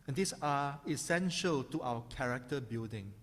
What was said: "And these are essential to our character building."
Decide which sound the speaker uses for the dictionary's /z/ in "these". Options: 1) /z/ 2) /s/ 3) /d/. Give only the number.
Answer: 2